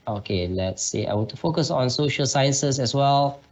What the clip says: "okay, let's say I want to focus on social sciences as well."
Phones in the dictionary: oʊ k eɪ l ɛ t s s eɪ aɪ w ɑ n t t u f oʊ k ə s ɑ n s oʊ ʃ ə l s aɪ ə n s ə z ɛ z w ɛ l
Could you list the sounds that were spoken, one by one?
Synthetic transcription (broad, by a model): oʊ k eɪ l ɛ t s s eɪ aɪ w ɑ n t t u f oʊ k ə s ɑ n s oʊ ʃ ə l s aɪ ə n s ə s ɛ s w ɛ l